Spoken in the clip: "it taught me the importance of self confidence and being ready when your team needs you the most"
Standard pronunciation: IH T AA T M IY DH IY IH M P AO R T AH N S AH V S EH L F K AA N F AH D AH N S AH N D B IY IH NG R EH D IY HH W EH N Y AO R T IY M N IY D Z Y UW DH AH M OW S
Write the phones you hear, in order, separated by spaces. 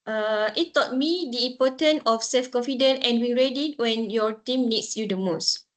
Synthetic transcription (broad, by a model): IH T AA T M IY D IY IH M P AO T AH N AH F S EH L F K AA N F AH D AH N AH N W IY R EH D IY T W EH N Y AO T IY M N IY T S Y UW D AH M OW S